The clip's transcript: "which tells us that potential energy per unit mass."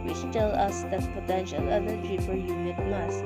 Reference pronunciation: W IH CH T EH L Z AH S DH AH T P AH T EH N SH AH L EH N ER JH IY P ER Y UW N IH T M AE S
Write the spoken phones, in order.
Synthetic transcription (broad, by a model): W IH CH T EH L AH S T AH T P AH T EH N SH AH L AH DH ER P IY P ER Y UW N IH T M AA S